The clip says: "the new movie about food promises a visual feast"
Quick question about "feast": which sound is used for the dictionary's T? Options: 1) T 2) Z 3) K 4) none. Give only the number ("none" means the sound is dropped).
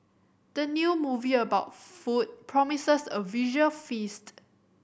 1